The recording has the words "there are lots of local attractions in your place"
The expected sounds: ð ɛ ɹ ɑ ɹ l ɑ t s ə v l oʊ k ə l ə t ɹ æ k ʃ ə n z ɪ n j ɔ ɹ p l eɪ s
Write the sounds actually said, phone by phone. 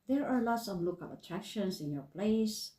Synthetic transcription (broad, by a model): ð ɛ ɹ ɑ ɹ l ɑ t s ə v l oʊ k ə l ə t ɹ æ k ʃ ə n s ɪ n j ɔ ɹ p l eɪ s